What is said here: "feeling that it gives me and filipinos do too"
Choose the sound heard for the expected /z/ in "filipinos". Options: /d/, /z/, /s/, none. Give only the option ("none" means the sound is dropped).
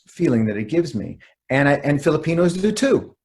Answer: /z/